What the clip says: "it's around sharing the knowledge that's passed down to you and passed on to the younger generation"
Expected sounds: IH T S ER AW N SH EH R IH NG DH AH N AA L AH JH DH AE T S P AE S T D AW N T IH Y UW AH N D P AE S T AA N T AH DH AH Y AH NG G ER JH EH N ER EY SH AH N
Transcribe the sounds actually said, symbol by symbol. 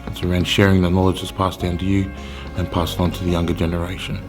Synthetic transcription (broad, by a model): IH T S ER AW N SH EH R IH NG DH AH N AA L AH JH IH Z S P AE S T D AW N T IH Y UW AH N P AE S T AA N T AH DH AH Y AH NG G ER JH EH N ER EY SH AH N